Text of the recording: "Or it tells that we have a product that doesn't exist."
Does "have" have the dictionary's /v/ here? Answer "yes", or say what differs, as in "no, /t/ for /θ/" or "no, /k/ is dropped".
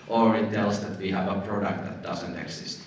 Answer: yes